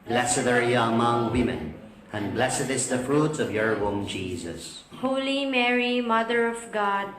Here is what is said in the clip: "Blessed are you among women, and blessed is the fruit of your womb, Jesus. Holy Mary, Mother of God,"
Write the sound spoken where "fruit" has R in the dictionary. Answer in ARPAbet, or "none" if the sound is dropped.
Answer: R